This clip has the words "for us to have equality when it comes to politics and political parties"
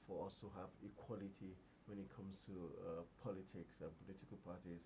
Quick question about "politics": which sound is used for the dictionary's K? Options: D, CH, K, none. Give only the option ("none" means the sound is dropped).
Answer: K